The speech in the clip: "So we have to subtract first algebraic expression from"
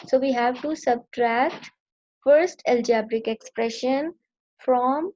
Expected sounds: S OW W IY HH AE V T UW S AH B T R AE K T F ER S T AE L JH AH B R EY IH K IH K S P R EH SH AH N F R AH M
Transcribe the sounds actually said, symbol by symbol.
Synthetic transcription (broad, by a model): S OW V IY HH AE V T UW S AH B T R AE K T F ER S T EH L JH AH B R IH K IH K S P R EH SH AH N F R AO M